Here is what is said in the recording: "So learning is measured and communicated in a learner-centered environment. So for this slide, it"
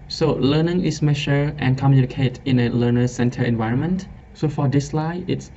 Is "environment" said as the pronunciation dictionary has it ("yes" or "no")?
yes